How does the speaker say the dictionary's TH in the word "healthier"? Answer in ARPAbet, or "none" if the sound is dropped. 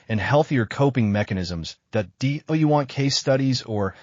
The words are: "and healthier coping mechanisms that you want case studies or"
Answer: TH